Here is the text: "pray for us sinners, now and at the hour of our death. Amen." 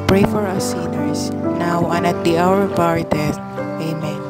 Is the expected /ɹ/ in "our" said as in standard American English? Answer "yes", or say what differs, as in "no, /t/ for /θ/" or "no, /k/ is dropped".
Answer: yes